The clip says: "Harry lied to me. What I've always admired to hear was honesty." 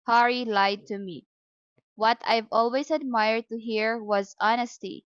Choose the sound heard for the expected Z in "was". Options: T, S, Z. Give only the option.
Z